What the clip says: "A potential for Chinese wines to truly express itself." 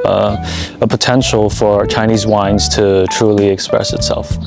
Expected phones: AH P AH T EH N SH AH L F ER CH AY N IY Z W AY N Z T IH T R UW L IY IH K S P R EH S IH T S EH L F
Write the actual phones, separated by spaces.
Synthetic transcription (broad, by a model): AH P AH T EH N SH L F ER CH AY N IY Z W AY N Z T IH T R UW L IY IH K S P R EH S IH T S EH L F